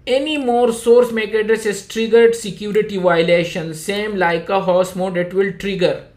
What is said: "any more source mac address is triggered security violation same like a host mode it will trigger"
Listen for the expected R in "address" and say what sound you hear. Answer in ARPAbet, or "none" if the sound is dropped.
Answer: none